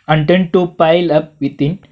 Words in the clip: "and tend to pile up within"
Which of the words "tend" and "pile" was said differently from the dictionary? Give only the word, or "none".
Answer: none